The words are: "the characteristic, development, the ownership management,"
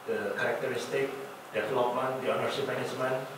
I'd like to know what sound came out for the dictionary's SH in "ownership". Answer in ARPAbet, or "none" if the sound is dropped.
S